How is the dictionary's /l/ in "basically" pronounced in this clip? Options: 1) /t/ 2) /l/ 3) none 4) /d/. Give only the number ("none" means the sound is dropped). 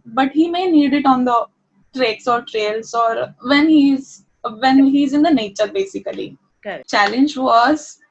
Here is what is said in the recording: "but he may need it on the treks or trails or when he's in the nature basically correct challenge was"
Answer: 3